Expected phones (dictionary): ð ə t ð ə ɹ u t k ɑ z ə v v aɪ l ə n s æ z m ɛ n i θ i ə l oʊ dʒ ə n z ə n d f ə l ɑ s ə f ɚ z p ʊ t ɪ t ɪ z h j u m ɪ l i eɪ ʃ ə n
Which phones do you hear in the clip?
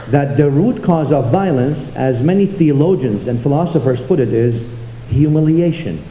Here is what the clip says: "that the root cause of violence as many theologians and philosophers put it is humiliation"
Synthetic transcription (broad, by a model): ð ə t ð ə ɹ u t k ɑ z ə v v aɪ l ə n s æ z m ɛ n i θ i ə l oʊ dʒ ə n z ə n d f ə l ɑ s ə f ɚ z p ʊ t ɪ t ɪ z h j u m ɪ l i eɪ ʃ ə n